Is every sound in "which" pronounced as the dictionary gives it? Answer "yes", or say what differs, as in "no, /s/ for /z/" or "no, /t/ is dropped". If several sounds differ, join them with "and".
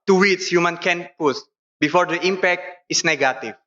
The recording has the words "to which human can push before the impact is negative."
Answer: no, /s/ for /tʃ/